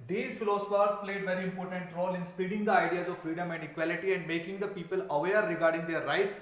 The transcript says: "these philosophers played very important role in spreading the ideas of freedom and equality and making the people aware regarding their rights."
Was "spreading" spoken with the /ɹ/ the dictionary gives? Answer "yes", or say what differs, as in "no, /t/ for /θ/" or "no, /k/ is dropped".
no, /ɹ/ is dropped